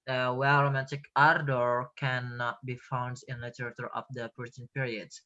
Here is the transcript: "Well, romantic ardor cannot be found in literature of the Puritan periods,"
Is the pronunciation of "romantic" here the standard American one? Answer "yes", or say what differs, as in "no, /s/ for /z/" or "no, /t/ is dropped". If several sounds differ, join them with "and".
no, /n/ is dropped